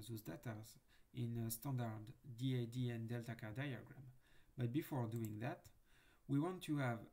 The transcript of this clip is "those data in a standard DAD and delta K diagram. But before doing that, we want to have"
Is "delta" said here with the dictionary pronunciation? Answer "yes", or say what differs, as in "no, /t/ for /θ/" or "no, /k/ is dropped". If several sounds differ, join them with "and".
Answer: yes